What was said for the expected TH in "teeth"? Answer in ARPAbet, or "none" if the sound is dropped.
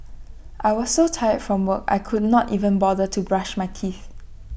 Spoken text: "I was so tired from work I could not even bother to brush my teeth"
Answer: TH